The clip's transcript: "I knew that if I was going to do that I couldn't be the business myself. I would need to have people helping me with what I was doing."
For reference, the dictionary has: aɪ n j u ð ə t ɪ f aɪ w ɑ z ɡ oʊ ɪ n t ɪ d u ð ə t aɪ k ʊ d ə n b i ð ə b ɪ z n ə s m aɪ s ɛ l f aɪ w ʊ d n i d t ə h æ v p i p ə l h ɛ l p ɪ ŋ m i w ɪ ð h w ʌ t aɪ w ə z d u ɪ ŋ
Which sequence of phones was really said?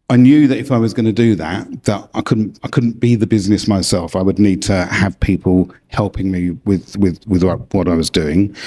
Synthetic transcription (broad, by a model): aɪ n j u ð ə t ɪ f aɪ w ɑ z ɡ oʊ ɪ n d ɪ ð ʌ ð ə t aɪ k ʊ d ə n b i ð ə b ɪ z n ə s m aɪ s ɛ l f aɪ w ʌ d n i d t ə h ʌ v p i p ə l h ɛ l p ɪ ŋ m i w ɪ ð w w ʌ t aɪ w ə z d u ɪ ŋ